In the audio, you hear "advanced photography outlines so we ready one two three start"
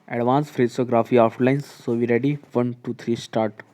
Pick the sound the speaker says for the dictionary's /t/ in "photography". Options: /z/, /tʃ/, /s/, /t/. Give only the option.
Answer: /s/